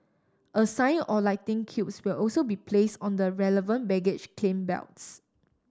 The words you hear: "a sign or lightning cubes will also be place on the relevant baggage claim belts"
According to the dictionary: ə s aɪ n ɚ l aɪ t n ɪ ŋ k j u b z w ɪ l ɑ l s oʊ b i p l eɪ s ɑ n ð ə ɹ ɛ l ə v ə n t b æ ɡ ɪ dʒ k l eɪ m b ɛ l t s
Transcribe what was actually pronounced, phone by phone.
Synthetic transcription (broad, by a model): ə s aɪ n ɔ l aɪ t ɪ ŋ k j u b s w ɪ l ɑ l s oʊ b i p l eɪ s ɑ n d ə ɹ ɛ l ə v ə n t b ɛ ɡ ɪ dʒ k l eɪ m b ɛ l t s